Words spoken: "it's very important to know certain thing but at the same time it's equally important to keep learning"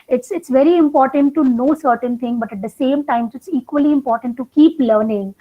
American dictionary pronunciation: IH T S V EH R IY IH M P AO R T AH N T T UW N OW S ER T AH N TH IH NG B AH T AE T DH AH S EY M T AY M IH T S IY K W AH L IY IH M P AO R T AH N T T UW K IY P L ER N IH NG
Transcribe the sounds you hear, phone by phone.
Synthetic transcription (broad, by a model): IH T S V EH R IY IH M P AO R T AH N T T UW N OW S ER T AH N T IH NG B AH T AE T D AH S EY M T AY M IH T S IY K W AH L IY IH M P AO R T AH N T T UW K IY P L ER N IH NG